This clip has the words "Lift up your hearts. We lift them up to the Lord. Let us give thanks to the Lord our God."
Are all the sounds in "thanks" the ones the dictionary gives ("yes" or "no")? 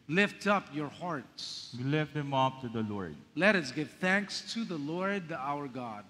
yes